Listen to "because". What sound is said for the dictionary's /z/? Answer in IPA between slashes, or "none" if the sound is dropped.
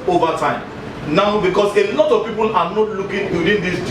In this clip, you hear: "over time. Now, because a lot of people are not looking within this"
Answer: /s/